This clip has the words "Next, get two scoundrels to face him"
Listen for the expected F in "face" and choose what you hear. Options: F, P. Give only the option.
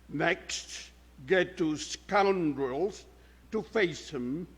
F